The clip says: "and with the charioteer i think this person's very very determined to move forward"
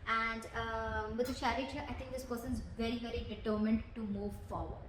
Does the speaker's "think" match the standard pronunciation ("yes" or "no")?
no